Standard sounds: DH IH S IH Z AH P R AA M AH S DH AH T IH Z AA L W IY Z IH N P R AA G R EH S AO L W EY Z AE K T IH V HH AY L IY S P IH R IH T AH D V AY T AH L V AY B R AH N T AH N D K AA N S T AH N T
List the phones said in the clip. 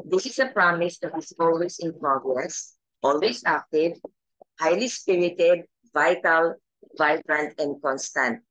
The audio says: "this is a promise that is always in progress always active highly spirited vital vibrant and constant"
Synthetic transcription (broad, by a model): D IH S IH S AH P R AA M AH S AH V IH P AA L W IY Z IH N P R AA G R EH S AO L W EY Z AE K T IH V HH AY L IY S P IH R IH T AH D V AY T AH L V AY B R AH N T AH N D K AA N S T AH N T